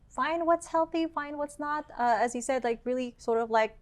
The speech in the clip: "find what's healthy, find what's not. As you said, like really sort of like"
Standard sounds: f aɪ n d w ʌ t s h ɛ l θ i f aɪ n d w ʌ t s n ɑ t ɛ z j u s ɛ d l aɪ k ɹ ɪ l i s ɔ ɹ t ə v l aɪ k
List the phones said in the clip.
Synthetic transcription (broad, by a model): f aɪ n d w ʌ t s h ɛ l θ i f aɪ n d w ʌ t s n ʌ t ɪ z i s ɛ d l aɪ k ɹ ɪ l i s ɔ ɹ t ə v l aɪ k